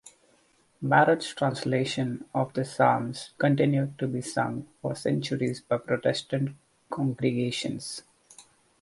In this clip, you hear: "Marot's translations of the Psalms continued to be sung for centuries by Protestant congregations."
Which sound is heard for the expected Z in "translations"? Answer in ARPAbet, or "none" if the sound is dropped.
none